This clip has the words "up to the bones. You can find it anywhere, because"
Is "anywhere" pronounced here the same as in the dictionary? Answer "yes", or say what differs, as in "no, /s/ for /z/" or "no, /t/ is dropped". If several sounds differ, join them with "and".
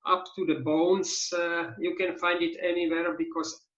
yes